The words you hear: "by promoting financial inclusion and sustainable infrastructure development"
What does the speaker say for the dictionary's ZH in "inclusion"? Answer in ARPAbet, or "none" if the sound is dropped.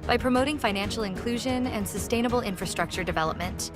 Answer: ZH